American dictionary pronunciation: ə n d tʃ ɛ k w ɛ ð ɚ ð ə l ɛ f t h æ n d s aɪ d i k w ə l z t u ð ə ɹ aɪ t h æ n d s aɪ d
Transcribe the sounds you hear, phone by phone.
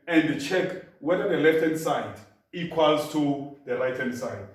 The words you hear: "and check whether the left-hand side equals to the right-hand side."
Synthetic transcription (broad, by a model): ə n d tʃ ɛ k w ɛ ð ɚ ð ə l ɛ f t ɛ n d s aɪ d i k w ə l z t u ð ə l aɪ t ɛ n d s aɪ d